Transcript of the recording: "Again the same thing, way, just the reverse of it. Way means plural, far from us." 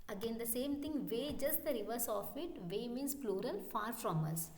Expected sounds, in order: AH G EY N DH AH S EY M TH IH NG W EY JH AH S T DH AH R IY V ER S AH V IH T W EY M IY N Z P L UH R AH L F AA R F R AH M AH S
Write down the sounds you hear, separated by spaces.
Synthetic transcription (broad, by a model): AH G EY N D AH S EY M T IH NG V EY JH AH S T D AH R IY V ER S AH F IH T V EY M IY N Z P L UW R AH L F AA R F R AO M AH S